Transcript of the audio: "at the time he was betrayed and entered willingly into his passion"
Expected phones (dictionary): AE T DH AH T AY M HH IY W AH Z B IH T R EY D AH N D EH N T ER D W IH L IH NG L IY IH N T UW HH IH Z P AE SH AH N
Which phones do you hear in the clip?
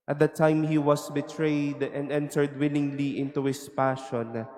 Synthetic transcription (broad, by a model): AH T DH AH T AY M HH IY W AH S B IH T R EY D AH N D EH N T ER D W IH L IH NG L IY IH N T UW HH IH S P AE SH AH N